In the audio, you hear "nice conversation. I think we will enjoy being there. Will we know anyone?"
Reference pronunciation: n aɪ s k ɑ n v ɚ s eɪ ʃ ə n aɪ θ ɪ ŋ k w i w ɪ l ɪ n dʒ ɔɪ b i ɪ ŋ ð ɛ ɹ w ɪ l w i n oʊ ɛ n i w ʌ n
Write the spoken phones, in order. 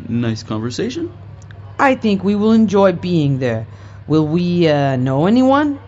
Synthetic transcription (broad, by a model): n aɪ s k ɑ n v ɚ s eɪ ʃ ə n aɪ θ ɪ ŋ k w i w ɪ l ɪ n dʒ ɔɪ b i ɪ ŋ ð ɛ ɹ w ɪ l w i n oʊ ɛ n i w ʌ n